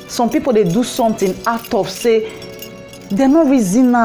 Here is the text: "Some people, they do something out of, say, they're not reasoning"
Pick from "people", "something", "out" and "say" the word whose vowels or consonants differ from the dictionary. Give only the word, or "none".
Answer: something